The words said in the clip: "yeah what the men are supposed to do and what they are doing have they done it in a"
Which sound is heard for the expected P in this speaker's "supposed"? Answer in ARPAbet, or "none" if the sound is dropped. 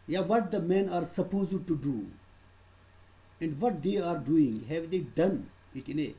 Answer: P